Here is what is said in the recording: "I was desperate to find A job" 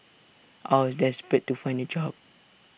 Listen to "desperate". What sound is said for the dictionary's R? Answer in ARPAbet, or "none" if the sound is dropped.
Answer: none